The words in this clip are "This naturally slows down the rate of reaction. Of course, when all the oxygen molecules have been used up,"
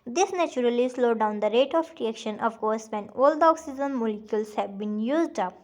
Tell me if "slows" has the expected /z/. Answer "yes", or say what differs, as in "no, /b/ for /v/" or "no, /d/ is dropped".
no, /z/ is dropped